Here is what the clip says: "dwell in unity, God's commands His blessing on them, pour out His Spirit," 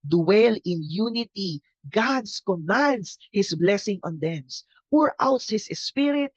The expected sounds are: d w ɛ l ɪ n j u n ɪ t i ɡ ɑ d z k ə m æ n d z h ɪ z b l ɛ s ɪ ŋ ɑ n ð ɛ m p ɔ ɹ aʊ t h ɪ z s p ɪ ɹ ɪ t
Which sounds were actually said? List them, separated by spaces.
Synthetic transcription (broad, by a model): d w ɛ l ɪ n j u n ɪ t i ɡ ɑ d s k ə m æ n d s h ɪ s b l ɛ s ɪ ŋ ɑ n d ɛ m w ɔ ɹ aʊ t h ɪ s s p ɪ ɹ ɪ t